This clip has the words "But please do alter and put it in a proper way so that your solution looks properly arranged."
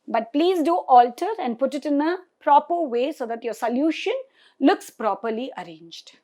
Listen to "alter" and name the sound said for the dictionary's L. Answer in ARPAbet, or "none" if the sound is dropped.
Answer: L